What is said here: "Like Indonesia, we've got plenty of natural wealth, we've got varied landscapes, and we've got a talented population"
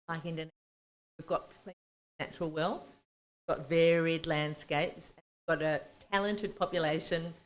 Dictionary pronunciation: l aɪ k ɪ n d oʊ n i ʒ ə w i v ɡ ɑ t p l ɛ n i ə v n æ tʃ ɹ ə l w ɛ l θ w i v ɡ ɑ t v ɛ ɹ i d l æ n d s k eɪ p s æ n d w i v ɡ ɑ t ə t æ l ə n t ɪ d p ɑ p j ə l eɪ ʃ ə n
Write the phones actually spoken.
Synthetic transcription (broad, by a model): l aɪ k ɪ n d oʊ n w i v ɡ ɑ t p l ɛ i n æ tʃ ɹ l w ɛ l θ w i v ɡ ɑ t v ɛ ɹ i d l æ n d s k eɪ p s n w i v ɡ ɑ t ə t æ l ə n t ɪ d p ɑ p j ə l eɪ ʃ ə n